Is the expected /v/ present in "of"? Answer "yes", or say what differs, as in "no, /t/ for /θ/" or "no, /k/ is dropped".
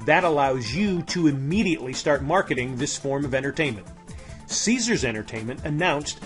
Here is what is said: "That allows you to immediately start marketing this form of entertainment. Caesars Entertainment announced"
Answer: yes